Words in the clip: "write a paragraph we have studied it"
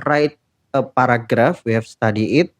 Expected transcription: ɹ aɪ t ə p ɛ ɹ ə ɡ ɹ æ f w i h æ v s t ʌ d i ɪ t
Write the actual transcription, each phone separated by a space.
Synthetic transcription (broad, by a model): ɹ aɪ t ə p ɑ ɹ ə ɡ ɹ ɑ f w i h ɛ f s t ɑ d i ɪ t